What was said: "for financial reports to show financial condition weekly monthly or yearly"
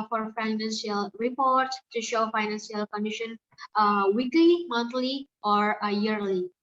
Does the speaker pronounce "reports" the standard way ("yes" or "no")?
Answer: no